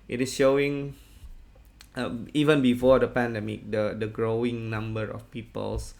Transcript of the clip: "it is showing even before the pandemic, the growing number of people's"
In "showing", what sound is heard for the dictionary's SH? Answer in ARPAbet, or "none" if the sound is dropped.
SH